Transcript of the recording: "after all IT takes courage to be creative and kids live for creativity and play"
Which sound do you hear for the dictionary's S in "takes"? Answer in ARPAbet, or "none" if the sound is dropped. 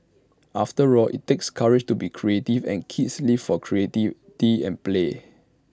S